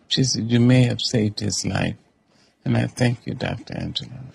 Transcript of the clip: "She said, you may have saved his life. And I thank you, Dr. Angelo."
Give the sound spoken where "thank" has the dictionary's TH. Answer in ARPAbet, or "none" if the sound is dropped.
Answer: TH